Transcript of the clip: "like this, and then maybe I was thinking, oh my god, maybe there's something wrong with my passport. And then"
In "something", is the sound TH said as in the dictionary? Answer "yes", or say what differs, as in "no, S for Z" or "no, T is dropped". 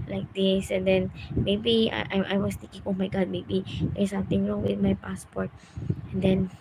no, T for TH